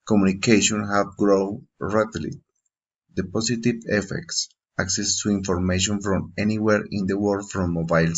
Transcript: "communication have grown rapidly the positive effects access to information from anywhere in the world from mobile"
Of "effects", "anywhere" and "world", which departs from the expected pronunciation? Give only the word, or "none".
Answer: world